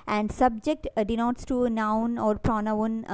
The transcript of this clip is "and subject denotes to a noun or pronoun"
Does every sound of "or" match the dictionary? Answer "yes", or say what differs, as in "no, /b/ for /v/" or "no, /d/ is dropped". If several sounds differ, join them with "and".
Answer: yes